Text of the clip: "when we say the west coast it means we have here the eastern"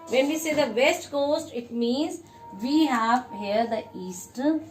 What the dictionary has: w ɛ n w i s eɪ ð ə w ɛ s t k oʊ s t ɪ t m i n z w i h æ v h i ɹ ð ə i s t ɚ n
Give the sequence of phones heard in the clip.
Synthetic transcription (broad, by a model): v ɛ n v i s eɪ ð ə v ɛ s t k oʊ s t ɪ t m i n z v i h æ v h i ɹ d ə i s t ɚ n